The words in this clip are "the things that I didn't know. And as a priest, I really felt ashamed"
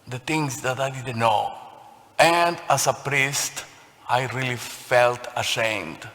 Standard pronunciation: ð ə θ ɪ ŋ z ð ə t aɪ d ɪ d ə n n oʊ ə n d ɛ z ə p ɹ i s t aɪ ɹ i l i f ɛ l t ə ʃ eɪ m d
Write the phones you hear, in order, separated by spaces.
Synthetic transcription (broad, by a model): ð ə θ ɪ ŋ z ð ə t aɪ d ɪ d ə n n oʊ ə n d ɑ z ə p ɹ i s t aɪ ɹ i l i f ɛ l t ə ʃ eɪ m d